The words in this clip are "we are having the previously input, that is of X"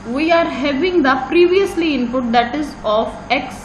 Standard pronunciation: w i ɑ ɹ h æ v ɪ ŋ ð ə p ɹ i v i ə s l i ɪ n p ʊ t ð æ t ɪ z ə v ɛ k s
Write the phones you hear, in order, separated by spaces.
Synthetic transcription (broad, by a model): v i ɑ ɹ h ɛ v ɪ ŋ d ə p ɹ i v i ə s l i ɪ n p ʊ t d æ t ɪ z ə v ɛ k s